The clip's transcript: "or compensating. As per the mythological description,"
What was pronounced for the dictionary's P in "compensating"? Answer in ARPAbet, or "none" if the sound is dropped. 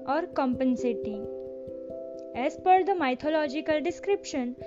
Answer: P